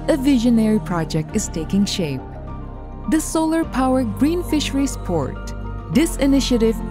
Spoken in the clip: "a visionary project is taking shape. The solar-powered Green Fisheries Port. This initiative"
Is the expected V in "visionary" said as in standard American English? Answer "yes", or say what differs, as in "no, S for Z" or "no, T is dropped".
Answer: yes